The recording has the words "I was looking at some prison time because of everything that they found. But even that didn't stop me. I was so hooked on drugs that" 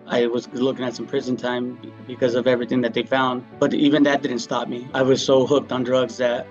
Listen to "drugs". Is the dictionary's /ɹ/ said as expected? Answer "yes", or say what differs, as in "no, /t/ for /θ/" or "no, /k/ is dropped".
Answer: yes